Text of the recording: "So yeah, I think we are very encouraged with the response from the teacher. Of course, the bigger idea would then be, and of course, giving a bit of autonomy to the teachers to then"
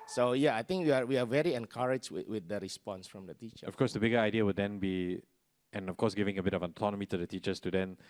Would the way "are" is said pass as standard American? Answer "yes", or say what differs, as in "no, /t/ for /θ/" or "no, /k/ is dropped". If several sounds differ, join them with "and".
no, /w/ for /ɹ/